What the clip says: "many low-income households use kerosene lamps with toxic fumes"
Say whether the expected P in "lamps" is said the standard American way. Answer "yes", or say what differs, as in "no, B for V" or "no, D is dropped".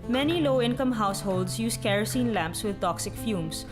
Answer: yes